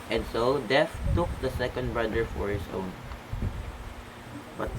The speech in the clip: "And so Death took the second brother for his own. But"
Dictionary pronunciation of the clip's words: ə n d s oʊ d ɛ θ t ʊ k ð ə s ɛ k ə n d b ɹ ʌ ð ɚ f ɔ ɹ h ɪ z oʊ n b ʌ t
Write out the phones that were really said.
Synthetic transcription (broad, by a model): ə n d s oʊ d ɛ f t ʊ k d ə s ɛ k ə n d b ɹ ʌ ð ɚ f ɔ ɹ h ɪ s oʊ n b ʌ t